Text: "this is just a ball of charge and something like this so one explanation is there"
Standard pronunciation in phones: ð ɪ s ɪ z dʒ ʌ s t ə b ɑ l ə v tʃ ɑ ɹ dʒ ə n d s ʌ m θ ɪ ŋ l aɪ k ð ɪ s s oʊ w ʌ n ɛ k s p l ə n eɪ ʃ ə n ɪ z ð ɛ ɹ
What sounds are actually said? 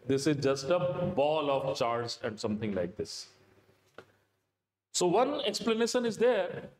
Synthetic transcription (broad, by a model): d ɪ s ɪ z dʒ ʌ s t ə b ɑ l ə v tʃ ɑ ɹ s ə n d s ʌ m t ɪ ŋ l aɪ k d ɪ s s oʊ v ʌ n ɛ k s p l ə n eɪ ʃ ə n ɪ z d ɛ ɹ